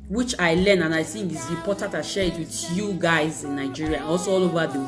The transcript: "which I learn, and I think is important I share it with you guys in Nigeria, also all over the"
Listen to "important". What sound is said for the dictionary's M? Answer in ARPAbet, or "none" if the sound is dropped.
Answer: none